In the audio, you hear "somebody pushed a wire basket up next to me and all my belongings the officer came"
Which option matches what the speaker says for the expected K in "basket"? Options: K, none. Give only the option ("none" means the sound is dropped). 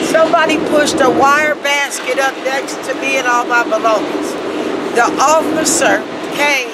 K